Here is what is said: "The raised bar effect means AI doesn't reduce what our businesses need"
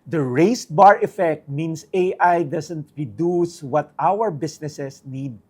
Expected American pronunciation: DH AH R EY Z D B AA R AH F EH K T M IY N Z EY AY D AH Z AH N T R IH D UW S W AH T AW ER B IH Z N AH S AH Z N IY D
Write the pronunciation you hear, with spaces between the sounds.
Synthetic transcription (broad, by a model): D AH R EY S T B AA R AH F EH K T M IY N S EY AY D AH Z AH N T R IH D UW S W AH T AW ER B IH S N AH S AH S N IY D